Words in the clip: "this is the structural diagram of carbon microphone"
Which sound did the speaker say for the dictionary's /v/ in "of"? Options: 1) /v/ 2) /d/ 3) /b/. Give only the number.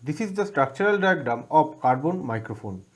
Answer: 3